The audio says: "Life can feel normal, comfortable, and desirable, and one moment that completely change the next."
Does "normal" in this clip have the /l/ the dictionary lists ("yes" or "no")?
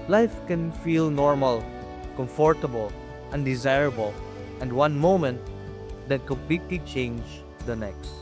yes